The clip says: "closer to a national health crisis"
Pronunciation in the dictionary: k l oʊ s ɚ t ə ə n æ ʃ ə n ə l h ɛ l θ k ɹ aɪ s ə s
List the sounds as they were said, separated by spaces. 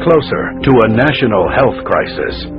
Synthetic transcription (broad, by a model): k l oʊ s ɚ t ə ə n æ ʃ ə n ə l h ɛ l θ k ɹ aɪ s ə s